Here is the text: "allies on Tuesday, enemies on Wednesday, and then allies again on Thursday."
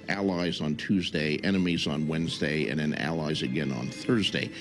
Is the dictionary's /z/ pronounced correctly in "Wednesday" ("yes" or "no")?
yes